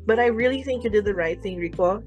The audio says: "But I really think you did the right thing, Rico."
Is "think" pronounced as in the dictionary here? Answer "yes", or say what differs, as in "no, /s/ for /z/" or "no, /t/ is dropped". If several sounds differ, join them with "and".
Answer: yes